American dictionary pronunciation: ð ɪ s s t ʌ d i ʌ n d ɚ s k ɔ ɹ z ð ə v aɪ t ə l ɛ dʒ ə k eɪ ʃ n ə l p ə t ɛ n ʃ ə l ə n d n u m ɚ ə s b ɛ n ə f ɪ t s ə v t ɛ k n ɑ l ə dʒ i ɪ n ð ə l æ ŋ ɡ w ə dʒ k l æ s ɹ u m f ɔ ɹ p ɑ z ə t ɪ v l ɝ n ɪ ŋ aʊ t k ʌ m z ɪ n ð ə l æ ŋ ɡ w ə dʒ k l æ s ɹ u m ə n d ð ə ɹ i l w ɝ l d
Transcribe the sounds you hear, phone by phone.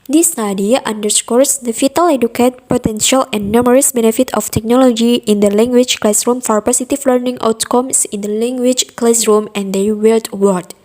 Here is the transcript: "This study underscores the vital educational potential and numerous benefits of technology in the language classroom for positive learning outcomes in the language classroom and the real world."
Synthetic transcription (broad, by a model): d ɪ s s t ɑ d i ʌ n d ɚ s k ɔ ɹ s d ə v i t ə l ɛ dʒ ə k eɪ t p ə t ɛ n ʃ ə l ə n n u m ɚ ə s b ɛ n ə f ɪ t ə f t ɛ k n ɑ l ə dʒ i ɪ n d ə l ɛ ŋ ɡ w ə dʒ k l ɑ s ɹ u m f ɔ ɹ p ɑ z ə t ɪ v l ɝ n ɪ ŋ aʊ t k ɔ m s ɪ n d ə l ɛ ŋ ɡ w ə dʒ k l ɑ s ɹ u m ə n d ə w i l w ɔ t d